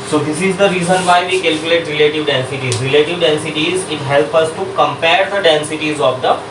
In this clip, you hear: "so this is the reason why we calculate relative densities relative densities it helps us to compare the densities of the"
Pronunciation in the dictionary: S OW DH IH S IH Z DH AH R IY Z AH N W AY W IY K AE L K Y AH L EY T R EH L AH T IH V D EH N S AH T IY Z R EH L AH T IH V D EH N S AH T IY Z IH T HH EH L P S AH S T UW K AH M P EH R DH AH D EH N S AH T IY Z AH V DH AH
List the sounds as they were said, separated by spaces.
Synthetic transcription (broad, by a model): S OW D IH S IH Z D AH R IY Z AH N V AY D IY K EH L K Y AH L EY T R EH L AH T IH V D EH N S AH T IY Z R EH L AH T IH V D EH N S AH T IY Z IH T HH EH L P AH S T UW K AH M P EH R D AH D EH N S AH T IY Z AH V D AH